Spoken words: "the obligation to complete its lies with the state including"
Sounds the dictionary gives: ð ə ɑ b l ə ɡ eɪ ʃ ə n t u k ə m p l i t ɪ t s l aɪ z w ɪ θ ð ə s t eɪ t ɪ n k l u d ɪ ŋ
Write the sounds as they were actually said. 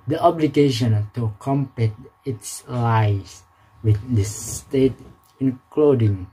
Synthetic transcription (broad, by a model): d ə ɑ b l ə ɡ eɪ ʃ ə n t u k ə m p i t ɪ t s l aɪ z w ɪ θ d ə s t eɪ t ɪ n k l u d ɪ ŋ